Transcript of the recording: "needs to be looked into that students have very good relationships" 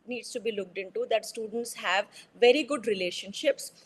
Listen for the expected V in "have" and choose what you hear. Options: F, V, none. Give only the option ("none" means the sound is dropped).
V